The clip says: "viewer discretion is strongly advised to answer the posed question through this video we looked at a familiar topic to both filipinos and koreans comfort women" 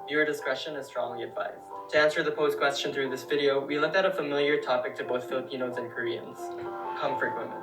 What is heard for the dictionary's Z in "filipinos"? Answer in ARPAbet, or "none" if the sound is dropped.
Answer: Z